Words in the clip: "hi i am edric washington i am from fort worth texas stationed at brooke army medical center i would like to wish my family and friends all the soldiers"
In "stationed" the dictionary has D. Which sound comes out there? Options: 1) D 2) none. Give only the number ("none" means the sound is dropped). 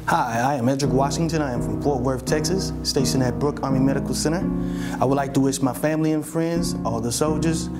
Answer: 2